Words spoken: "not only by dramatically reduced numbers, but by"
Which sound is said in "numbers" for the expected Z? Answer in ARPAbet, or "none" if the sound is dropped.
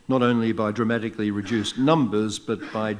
Z